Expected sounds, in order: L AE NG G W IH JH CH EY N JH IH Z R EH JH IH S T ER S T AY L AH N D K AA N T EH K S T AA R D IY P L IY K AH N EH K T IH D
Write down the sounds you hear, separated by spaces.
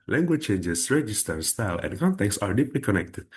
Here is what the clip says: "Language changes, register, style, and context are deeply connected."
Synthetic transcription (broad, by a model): L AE NG G W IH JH CH EY N JH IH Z R EH JH IH S T ER S T AY L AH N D K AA N T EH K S AA R D IY P L IY K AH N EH K T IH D